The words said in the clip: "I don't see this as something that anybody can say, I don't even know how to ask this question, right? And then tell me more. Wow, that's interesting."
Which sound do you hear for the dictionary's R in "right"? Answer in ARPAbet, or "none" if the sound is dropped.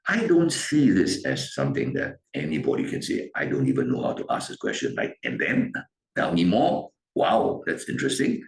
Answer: L